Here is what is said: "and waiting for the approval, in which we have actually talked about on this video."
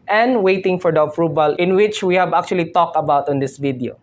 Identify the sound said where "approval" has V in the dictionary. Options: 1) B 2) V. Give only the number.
1